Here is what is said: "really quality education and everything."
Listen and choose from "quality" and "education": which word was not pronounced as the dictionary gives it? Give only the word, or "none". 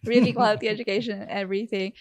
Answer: education